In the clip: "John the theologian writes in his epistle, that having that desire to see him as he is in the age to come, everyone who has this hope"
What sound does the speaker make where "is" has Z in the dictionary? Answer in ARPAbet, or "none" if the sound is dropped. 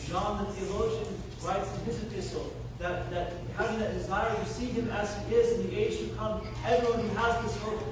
Z